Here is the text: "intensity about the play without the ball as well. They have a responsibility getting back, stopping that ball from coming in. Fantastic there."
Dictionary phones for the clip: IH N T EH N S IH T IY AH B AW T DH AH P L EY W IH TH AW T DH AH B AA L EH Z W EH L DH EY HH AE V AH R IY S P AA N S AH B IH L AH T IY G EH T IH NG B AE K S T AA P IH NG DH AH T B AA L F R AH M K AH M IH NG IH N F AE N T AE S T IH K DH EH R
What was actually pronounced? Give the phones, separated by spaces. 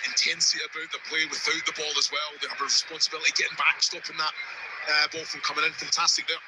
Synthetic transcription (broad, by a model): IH N T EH N S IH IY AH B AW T DH AH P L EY W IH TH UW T DH AH B AA L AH Z W EH L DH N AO B AH R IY S P AA N S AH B IH L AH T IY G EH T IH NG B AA K S T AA P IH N DH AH T B AA L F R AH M K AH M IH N IH N F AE N T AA S T IH K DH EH